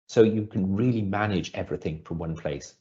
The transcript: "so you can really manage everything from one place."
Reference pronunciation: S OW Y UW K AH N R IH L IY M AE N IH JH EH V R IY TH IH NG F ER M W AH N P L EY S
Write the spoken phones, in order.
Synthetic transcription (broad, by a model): S OW Y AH K AH N R IH L IY M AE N IH JH EH V R IY TH IH NG F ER W AH N P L EY S